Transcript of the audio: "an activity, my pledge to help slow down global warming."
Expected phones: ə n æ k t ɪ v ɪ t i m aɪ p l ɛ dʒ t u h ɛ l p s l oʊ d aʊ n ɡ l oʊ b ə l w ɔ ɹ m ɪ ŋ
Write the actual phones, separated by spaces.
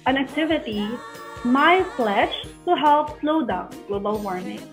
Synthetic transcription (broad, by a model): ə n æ k t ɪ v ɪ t i m aɪ f l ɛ ʃ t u h ɛ l p s l oʊ d aʊ n ɡ l oʊ b ə l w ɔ ɹ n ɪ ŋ